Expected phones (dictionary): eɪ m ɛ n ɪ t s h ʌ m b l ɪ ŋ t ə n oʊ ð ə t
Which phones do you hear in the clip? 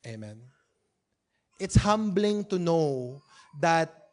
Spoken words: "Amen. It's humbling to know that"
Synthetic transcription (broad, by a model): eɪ m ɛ n ɪ t s h ʌ m b l ɪ ŋ t ə n oʊ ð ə t